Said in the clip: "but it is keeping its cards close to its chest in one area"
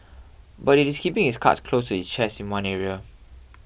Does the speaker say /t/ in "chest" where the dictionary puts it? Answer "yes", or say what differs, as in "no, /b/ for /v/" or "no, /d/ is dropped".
no, /t/ is dropped